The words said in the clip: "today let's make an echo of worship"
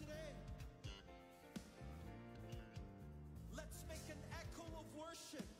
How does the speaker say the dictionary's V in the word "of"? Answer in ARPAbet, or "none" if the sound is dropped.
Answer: V